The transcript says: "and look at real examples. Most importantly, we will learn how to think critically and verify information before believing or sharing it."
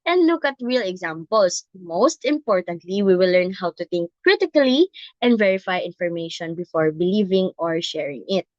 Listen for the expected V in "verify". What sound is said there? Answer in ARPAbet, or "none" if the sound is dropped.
V